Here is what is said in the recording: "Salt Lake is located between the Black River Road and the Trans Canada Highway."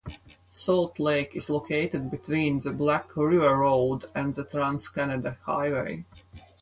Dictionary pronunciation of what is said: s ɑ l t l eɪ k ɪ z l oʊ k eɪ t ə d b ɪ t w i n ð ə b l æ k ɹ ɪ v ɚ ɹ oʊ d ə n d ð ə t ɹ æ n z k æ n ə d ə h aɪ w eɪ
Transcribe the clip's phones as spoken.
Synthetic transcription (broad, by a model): s ɑ l t l eɪ k ɪ z l oʊ k eɪ t ə d b ɪ t w i n ð ə b l æ k ɹ ɪ v ɚ ɹ oʊ d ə n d ð ə t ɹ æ n s k æ n ə d ə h aɪ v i